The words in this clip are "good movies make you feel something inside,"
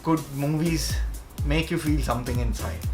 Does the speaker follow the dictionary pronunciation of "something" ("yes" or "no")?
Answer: no